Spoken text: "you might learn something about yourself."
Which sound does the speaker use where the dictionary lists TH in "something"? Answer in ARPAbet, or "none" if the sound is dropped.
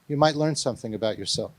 TH